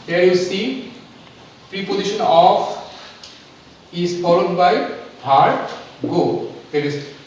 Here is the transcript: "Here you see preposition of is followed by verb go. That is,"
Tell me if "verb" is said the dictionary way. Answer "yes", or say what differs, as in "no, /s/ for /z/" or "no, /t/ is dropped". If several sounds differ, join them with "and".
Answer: no, /b/ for /v/